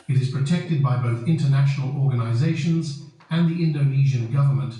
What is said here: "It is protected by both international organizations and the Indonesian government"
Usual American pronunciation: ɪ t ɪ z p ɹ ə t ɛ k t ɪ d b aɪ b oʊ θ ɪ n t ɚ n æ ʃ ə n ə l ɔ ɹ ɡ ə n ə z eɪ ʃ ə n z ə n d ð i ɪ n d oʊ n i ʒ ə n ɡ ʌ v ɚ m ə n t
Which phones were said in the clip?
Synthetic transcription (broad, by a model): ɪ t ɪ z p ɹ ə t ɛ k t ɪ d b aɪ b oʊ θ ɪ n t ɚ n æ ʃ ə n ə l ɔ ɹ ɡ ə n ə z eɪ ʃ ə n z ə n ð i ɪ n d oʊ n i ʒ ə n ɡ ʌ v ɚ m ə n t